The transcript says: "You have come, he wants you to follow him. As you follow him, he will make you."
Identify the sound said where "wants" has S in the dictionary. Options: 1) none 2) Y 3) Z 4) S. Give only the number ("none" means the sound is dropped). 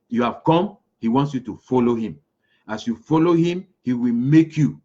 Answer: 4